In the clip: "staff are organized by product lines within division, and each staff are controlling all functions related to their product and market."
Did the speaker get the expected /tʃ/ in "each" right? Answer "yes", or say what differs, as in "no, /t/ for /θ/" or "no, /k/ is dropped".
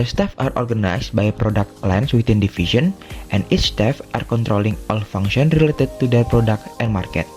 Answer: no, /s/ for /tʃ/